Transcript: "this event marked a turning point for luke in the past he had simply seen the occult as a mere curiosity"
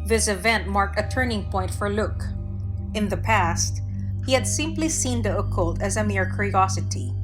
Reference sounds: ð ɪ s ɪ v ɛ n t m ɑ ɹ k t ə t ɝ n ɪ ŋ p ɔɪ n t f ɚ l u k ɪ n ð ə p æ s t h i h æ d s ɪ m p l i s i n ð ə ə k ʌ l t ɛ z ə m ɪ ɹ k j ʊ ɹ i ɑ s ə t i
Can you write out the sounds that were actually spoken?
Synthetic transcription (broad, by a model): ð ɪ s ɪ v ɛ n t m ɑ ɹ k t ə t ɝ n ɪ ŋ p ɔɪ n t f ɚ l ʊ k ɪ n ð ə p æ s t h i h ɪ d s ɪ m p l i s i n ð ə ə k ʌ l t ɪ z ə m ɪ ɹ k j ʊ ɹ i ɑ s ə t i